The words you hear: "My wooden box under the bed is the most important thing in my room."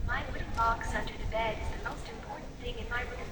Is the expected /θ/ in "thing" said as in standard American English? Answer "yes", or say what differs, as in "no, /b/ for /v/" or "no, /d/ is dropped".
yes